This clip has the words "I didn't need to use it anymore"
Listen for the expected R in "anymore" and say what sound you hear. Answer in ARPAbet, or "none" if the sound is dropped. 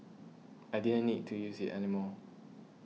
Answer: L